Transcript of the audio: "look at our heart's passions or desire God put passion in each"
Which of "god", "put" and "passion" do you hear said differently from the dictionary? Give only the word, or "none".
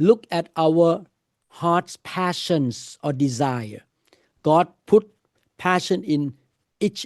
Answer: none